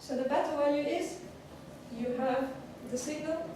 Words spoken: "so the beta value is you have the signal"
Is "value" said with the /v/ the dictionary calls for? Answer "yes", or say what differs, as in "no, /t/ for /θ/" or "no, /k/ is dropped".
no, /w/ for /v/